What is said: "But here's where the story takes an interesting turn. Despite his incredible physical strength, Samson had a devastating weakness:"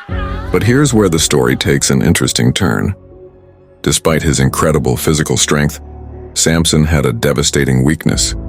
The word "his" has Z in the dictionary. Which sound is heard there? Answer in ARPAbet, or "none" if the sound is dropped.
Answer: Z